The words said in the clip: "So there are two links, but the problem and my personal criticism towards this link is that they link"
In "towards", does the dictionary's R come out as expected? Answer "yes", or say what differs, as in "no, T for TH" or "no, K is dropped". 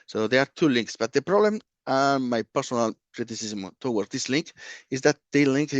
no, W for R